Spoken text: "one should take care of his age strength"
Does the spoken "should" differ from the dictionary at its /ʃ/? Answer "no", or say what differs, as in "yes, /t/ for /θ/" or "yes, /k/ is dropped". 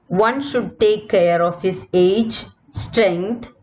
no